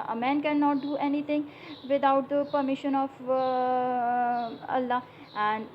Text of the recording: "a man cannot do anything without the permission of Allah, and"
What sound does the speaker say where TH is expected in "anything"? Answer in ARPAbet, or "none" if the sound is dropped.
T